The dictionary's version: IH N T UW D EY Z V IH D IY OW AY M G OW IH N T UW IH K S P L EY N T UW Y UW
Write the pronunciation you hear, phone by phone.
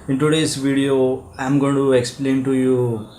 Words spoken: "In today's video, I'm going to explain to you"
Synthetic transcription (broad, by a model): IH N T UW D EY S V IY D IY OW AY M G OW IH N T UW IH K S P L EY N T UW Y UW